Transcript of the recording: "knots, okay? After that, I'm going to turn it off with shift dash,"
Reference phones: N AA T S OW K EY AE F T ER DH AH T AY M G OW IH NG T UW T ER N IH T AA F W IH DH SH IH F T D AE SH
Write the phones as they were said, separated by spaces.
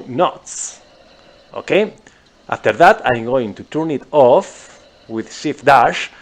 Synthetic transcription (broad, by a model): N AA T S OW K EY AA F T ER DH AH T AY M G OW IH NG T UW T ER N IH T AA F W IH DH S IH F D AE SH